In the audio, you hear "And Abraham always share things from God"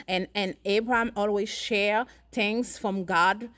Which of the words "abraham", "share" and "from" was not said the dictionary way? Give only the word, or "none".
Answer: none